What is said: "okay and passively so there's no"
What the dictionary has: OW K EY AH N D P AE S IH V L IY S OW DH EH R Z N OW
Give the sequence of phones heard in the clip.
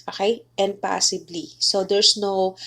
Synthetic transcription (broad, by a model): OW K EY AH N D P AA S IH B L IY S OW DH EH R S N OW